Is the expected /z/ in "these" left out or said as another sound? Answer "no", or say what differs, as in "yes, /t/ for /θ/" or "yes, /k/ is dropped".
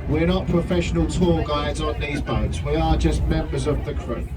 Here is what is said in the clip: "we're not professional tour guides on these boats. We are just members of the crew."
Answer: no